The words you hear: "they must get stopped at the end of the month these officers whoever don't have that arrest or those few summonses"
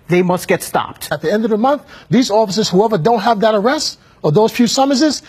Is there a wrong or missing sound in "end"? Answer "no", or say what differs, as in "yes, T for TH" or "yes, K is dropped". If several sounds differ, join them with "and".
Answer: no